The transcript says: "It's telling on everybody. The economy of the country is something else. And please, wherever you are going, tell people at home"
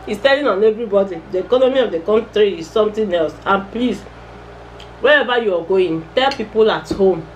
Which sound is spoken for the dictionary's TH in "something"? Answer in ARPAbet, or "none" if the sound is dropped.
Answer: T